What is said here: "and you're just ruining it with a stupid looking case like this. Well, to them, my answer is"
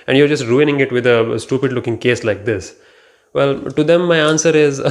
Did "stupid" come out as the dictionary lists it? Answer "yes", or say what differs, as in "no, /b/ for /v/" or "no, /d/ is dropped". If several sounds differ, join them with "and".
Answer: yes